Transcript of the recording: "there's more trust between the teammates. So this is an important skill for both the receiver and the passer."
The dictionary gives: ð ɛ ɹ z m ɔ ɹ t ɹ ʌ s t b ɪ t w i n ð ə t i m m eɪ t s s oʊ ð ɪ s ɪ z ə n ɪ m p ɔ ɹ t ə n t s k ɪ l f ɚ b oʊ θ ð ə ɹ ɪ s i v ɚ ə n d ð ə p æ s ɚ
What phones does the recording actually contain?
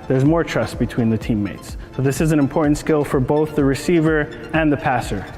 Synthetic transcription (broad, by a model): ð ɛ ɹ z m ɔ ɹ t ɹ ʌ s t b ɪ t w i n ð ə t i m m eɪ t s s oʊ ð ɪ s ɪ z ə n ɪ m p ɔ ɹ t n t s k ɪ l f ɚ b oʊ θ ð ə ɹ ɪ s i v ɚ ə n ð ə p æ s ɚ